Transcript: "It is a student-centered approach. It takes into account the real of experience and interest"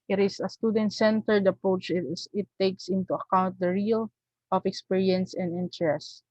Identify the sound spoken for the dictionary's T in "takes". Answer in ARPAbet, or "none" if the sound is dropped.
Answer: T